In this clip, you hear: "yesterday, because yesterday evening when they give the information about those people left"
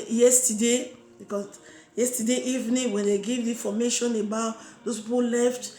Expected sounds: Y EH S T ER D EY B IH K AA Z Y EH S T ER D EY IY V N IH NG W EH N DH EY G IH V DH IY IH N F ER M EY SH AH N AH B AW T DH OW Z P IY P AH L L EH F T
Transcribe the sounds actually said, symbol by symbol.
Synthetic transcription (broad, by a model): Y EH S T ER D EY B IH K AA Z Y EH S T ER D EY IY V N IH NG W EH N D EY G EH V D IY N F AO M EY SH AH N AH B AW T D OW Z P IY P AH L L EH F T